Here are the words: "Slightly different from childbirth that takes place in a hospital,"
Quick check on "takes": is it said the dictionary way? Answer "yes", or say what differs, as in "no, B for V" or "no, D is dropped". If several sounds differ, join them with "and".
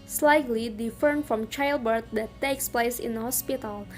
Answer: yes